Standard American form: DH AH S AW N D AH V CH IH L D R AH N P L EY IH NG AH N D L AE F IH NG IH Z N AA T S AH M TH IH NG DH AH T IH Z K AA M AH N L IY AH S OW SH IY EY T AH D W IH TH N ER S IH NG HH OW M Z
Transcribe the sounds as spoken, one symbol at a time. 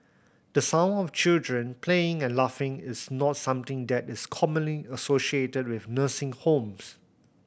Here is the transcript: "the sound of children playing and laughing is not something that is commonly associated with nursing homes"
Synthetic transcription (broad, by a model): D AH S AW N AH F CH IH L D R AH N P L EY IH NG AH N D L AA F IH NG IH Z N AA T S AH M T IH NG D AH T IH S K AA M AH N L IY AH S OW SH IY EY T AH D W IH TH N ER S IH NG HH OW M S